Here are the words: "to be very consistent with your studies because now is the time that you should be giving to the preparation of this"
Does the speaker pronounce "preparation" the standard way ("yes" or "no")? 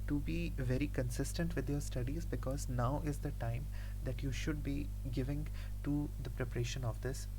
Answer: yes